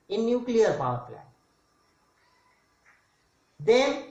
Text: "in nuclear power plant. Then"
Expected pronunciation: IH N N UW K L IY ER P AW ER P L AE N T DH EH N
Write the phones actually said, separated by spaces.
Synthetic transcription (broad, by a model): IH N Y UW K L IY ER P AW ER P L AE T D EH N